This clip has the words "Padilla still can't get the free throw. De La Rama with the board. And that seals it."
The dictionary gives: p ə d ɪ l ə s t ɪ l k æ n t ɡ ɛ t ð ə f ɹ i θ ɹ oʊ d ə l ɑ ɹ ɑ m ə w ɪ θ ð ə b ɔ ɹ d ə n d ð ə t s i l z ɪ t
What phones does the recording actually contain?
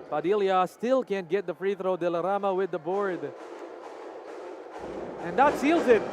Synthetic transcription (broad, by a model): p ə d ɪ l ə s t ɪ l k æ n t ɡ ɛ t ð ə f ɹ i θ ɹ oʊ d ə l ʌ ɹ ɑ m ə w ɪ ð ə b ɔ ɹ d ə n ð ə t s i l z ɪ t